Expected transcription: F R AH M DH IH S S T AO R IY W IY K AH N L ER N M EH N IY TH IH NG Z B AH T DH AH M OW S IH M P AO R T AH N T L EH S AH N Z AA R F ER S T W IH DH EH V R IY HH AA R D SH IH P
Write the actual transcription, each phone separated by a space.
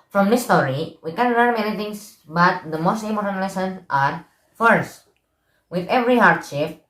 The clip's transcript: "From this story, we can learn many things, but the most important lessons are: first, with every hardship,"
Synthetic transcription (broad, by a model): F R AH M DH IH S S T AO R IY W IY K AH N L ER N M EH N IY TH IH NG S B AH T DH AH M OW S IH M AO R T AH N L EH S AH N AA R F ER S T W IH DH EH V R IY HH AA R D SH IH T